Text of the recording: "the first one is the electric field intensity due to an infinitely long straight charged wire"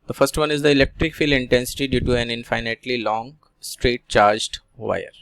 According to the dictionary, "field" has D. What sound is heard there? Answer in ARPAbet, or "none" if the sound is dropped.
none